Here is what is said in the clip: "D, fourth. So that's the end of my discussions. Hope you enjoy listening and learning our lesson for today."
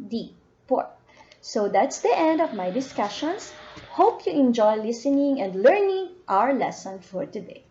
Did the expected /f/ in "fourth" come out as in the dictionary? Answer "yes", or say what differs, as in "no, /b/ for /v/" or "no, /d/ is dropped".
no, /p/ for /f/